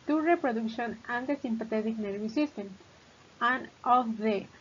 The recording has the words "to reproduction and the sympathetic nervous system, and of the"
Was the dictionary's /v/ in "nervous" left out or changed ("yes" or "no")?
yes